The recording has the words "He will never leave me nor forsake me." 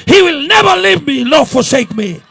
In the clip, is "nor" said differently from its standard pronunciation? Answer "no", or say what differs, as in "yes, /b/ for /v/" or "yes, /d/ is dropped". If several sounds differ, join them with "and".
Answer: yes, /l/ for /n/